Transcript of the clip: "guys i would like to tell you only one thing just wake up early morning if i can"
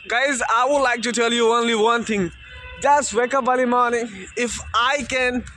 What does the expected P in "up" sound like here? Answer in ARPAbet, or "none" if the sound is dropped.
B